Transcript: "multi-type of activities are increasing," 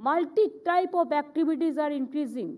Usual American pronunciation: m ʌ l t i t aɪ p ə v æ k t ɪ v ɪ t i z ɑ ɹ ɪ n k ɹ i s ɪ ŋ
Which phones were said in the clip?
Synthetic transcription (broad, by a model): m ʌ l t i t aɪ p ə p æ k t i b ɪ t i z ɑ ɹ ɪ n k ɹ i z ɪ ŋ